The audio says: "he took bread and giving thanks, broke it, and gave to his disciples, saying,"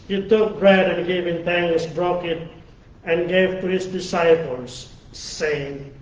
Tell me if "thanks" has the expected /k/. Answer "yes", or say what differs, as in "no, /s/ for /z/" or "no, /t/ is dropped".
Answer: no, /k/ is dropped